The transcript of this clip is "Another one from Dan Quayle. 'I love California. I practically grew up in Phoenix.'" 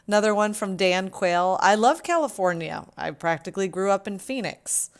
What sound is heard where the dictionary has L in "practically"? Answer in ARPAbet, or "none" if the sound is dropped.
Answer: L